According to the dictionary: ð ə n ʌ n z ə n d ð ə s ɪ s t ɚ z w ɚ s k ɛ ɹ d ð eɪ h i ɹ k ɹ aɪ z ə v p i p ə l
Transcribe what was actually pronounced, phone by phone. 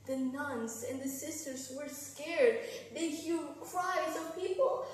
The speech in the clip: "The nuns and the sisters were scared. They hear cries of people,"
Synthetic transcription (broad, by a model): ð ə n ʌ n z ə n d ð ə s ɪ s t ɚ z w ɚ s k ɛ ɹ d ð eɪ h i l k ɹ aɪ z ə v p i p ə l